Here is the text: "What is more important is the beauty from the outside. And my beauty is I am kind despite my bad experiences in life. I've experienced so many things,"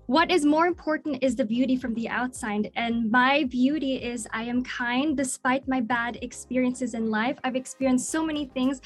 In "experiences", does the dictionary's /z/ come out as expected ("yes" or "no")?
yes